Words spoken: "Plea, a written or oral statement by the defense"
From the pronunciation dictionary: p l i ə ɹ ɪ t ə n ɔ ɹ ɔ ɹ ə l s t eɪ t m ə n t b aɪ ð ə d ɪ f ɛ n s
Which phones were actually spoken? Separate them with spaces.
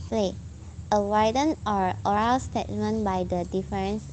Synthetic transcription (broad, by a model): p l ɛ ə w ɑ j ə n ɔ ɹ ɔ ɹ ə l s t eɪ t m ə n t b aɪ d ə d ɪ f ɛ n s